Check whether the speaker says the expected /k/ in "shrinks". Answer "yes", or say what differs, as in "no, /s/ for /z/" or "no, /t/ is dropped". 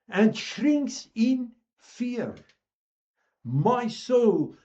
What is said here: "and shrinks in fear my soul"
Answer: yes